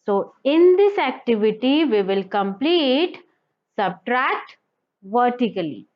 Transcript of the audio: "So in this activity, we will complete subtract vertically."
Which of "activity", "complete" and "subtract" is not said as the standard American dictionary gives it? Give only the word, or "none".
none